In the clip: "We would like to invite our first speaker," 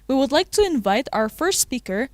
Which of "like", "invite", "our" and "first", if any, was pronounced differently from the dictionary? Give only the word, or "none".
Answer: none